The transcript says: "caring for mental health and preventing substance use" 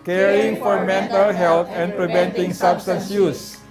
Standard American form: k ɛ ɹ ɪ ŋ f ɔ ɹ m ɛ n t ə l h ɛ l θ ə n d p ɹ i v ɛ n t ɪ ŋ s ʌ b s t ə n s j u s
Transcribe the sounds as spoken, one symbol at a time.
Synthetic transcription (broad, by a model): k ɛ ɹ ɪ ŋ f ɔ ɹ m ɛ n t ə l h ɛ l t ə n p ɹ i v ɛ n t ɪ ŋ s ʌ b s t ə n s j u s